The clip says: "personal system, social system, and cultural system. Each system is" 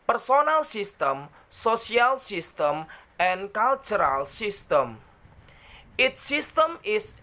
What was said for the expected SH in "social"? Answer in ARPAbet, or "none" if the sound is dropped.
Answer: S